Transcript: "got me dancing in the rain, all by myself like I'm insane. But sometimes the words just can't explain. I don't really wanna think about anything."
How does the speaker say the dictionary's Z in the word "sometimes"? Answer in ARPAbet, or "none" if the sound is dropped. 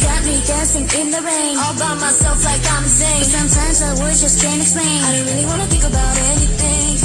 Z